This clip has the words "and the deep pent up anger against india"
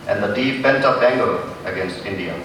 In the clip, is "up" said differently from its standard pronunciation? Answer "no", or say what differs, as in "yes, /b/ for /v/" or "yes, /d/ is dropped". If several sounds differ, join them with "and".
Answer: yes, /b/ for /p/